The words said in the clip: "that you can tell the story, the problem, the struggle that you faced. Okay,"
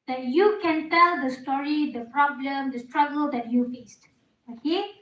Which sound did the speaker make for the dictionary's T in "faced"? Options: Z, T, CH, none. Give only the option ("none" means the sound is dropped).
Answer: T